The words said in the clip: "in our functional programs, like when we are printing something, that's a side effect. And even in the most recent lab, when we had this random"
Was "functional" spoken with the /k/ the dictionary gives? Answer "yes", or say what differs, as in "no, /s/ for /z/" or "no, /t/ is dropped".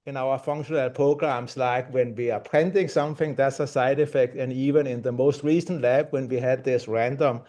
yes